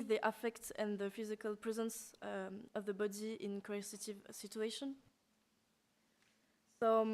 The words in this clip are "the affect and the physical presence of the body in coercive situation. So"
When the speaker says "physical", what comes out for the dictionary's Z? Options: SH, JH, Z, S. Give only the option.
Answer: Z